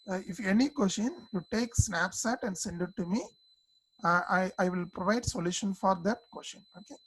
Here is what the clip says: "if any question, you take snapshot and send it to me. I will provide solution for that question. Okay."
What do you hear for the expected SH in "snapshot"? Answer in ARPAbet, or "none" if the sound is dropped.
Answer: S